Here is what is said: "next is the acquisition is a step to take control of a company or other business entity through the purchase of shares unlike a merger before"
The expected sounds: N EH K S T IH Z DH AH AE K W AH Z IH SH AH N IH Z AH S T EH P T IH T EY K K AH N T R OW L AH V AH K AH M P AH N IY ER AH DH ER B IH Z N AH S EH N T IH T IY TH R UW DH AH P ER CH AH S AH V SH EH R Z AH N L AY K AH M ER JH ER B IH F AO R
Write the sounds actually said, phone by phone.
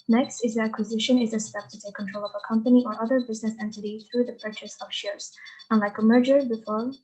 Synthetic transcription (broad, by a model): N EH K S T IH Z DH AH AE K W AH Z IH SH AH N IH Z AH S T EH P T IH T EY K K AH N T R OW L AH V AH K AH M P AH N IY ER AH DH ER B IH Z N AH S EH N T IH T IY TH R UW DH AH P ER CH AH S AH V SH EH R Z AH N L AY K AH M ER JH ER B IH F AO R